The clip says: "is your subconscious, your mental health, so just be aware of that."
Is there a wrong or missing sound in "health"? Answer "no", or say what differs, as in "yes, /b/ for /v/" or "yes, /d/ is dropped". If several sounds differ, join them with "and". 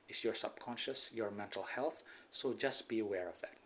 no